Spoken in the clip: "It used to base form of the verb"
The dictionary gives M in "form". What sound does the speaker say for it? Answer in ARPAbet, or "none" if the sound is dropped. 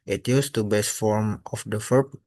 M